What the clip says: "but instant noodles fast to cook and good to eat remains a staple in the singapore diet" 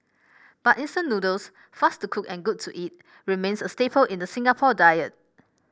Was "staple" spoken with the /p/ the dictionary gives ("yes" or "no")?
yes